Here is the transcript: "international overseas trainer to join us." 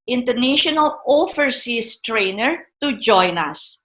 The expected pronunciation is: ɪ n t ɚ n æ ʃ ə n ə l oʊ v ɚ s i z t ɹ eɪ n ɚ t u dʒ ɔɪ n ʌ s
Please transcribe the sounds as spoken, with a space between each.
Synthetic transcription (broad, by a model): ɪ n t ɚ n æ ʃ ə n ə l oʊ f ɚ s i s t ɹ eɪ n ɚ t u dʒ ɔɪ n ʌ s